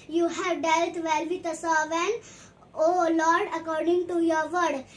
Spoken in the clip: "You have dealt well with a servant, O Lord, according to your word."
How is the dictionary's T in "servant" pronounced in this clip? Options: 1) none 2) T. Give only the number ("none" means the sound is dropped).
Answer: 1